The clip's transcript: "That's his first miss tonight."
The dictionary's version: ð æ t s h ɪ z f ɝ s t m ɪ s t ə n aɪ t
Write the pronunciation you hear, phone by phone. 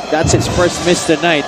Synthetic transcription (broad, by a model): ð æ t s h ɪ s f ɝ s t m ɪ s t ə n aɪ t